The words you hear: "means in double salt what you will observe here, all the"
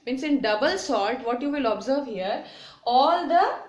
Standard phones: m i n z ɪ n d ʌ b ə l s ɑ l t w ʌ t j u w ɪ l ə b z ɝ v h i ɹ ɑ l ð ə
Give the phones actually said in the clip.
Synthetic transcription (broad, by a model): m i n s ɪ n d ʌ b ə l s ɑ l t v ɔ t j u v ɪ l ə b z ɝ v h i ɹ ɑ l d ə